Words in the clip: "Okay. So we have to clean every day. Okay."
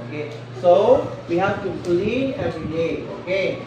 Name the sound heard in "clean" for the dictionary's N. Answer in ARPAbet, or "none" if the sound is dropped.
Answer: none